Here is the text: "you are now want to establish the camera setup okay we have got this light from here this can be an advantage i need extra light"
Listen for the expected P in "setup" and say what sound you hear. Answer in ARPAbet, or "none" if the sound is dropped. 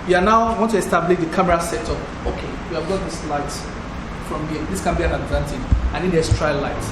none